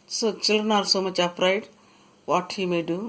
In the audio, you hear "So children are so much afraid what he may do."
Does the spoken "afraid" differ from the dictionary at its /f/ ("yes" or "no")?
yes